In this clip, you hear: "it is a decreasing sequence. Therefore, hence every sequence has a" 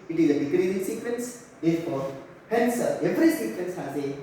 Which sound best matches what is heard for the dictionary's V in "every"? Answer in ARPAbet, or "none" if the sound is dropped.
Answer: F